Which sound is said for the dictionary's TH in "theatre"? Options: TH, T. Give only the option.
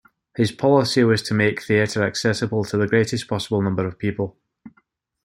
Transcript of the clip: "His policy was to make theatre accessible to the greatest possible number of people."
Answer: TH